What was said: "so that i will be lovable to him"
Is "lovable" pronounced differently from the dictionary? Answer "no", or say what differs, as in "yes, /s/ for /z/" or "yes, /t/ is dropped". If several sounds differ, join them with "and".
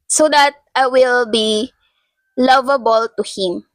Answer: no